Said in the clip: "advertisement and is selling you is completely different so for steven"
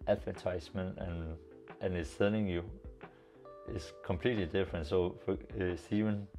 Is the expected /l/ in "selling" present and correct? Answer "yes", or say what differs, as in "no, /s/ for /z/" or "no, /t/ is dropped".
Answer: no, /n/ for /l/